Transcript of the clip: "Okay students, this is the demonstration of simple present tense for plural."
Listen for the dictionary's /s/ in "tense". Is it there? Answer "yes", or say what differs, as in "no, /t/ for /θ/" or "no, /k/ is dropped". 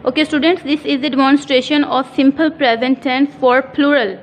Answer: no, /s/ is dropped